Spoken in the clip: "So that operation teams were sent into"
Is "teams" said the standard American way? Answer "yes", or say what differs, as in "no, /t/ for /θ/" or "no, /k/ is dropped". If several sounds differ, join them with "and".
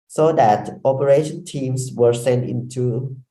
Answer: no, /s/ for /z/